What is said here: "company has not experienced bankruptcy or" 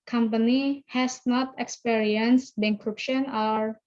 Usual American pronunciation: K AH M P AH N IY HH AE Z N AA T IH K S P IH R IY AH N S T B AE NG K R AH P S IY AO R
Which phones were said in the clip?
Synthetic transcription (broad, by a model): K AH M P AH N IY HH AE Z N AA T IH K S P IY R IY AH N S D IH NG K R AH P SH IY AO R